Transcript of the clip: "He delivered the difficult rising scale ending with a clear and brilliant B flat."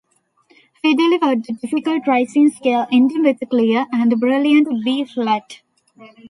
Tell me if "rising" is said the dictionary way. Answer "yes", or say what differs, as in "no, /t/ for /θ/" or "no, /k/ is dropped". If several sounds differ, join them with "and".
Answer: no, /s/ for /z/